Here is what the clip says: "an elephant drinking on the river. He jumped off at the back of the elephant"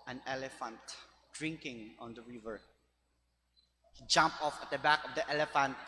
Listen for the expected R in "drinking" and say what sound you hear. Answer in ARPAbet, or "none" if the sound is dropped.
R